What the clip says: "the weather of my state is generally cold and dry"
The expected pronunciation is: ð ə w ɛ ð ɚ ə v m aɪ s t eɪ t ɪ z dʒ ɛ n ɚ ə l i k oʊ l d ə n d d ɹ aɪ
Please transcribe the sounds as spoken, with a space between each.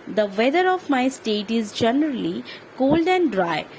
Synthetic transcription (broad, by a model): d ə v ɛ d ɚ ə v m aɪ s t eɪ t ɪ z dʒ ɛ n ɚ ə l i k oʊ l d ə n d d ɹ aɪ